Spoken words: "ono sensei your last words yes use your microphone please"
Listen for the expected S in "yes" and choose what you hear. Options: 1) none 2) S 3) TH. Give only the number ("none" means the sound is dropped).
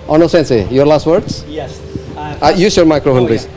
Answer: 1